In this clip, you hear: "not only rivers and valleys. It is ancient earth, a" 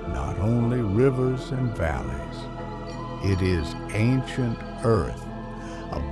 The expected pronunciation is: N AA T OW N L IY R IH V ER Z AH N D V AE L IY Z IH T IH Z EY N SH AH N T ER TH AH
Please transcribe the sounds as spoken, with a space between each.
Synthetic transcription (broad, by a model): N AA T OW N L IY R IH V ER Z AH N V AE L IY Z IH T IH Z EY N SH AH N T ER TH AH